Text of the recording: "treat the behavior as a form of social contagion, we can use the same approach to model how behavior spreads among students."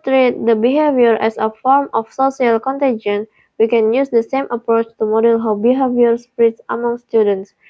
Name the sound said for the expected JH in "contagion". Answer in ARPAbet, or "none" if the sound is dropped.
JH